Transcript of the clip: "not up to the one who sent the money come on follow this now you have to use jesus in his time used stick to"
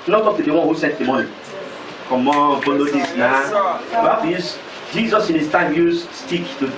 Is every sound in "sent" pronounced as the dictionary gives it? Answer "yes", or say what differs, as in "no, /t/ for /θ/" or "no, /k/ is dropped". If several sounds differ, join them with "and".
no, /n/ is dropped